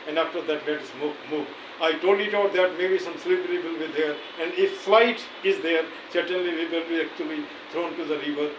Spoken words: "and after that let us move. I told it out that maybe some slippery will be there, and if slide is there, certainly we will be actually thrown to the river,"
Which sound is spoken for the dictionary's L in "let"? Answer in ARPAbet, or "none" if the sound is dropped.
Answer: N